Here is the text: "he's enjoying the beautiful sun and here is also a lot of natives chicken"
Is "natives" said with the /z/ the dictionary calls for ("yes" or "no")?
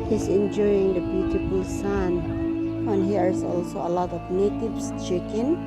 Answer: no